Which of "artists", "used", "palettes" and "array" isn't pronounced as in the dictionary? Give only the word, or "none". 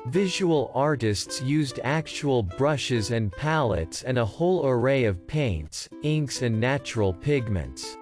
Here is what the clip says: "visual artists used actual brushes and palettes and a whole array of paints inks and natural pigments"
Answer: none